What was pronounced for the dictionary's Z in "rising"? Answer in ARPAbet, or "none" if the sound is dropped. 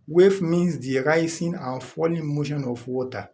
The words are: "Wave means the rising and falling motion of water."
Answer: S